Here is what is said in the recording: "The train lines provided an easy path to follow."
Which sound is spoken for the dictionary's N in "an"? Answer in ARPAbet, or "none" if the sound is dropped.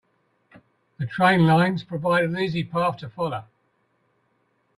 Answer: L